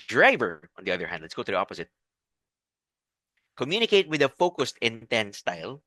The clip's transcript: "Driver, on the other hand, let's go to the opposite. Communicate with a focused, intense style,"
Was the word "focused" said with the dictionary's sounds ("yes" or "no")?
yes